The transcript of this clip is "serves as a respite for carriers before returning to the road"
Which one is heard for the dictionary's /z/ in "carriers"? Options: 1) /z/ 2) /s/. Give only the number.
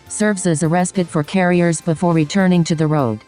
1